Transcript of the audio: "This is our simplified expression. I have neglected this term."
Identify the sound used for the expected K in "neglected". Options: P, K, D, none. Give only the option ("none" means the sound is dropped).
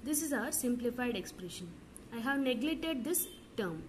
none